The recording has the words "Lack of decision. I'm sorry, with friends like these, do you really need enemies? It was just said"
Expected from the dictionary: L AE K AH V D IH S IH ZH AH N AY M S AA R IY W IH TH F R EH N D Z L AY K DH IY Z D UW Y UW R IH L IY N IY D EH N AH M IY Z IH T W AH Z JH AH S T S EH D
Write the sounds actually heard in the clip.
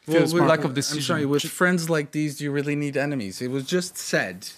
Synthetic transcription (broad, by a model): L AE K AH V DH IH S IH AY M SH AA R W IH F R EH N D Z L AY K DH IY Z D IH Y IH R IH L IY N IY D EH N AH M IY Z IH T W AH Z JH AH S T S EH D